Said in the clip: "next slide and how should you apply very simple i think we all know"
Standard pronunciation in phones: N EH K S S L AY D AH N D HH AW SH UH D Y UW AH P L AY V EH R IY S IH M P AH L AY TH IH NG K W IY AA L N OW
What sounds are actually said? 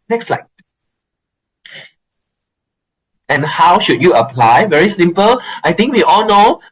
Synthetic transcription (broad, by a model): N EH K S S L AY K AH N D HH AW SH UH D Y UW AH P L AY V EH R IY S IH M P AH L AY T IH NG K W IY AA L N OW